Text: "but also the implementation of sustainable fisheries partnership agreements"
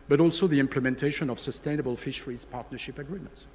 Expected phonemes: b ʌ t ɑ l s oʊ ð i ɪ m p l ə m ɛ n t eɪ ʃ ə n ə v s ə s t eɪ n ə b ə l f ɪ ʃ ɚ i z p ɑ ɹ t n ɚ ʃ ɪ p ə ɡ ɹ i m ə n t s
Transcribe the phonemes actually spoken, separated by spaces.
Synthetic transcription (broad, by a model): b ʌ t ɑ l s oʊ ð i ɪ m p l ə m ɛ n t eɪ ʃ ə n ə v s ə s t eɪ n ə b ə l f ɪ ʃ ɚ i z p ɑ ɹ t n ɚ ʃ ɪ p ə ɡ ɹ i m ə n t s